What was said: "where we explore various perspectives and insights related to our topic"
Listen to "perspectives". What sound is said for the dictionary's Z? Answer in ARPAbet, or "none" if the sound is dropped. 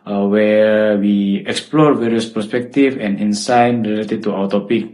none